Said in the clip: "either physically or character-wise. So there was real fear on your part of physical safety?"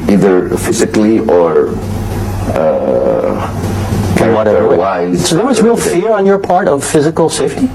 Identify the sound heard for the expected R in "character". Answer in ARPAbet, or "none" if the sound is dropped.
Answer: W